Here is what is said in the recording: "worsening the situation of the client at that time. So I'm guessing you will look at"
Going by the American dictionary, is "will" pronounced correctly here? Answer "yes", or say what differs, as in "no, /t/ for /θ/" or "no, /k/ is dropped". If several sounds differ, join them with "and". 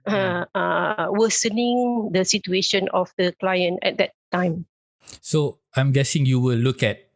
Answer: yes